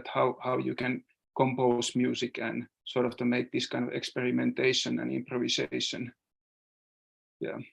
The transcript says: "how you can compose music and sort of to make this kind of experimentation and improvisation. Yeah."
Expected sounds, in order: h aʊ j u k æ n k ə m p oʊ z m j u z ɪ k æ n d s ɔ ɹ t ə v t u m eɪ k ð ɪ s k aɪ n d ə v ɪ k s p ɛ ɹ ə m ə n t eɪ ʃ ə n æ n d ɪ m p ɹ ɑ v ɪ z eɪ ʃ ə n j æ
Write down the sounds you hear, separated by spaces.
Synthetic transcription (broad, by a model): h aʊ j u k æ n k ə m p oʊ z m j u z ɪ k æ n s ɔ ɹ t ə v t u m eɪ k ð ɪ s k aɪ n d ə v ɪ k s p ɛ ɹ ə m ə n t eɪ ʃ ə n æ n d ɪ m p ɹ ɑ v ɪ s eɪ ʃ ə n j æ